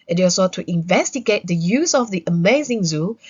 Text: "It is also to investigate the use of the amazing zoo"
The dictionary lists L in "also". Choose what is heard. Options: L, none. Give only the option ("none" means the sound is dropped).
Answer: none